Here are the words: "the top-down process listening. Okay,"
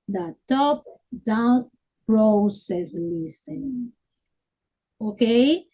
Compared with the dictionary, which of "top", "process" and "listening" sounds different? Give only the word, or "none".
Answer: listening